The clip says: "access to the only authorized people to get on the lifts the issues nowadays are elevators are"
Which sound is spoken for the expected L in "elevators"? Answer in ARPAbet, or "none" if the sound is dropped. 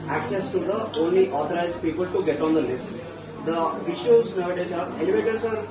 N